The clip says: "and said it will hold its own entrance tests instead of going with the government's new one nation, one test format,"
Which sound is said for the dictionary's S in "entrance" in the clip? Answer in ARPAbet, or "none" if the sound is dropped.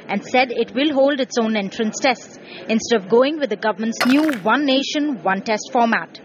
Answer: S